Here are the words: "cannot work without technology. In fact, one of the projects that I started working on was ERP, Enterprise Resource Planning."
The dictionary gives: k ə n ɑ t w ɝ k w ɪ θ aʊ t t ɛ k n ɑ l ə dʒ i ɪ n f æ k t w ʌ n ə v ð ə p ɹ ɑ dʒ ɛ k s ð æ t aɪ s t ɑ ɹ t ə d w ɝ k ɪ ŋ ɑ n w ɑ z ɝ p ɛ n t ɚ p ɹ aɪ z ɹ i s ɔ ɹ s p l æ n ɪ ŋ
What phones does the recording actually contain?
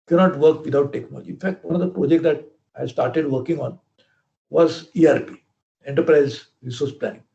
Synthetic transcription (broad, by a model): k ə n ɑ t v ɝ k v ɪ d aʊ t t ɛ k n ɑ l ə dʒ i ɪ n f æ k t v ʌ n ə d ə p ɹ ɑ dʒ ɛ k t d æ t aɪ s t ɑ ɹ t ə d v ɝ k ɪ ŋ ɑ n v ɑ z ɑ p ɛ n t ɚ p ɹ aɪ z ɹ i s ɔ ɹ s p l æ n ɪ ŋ